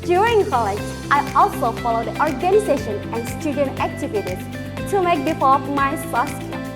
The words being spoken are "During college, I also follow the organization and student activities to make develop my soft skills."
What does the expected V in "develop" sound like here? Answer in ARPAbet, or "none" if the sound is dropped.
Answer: F